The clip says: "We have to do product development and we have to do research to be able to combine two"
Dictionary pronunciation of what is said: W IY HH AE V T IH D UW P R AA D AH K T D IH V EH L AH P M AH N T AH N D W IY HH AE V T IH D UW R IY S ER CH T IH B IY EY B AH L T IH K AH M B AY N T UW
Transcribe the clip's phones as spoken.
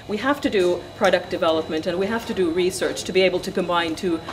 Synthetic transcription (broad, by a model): W IY HH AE F T IH D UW P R AA D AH K D IH V EH L AH P M AH N T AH N W IY HH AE F T IH D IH R IY S ER CH T IH B IY EY B L T IH K AH M B AY N T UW